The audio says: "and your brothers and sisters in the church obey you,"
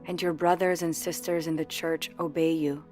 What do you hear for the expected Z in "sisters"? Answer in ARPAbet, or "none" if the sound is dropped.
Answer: Z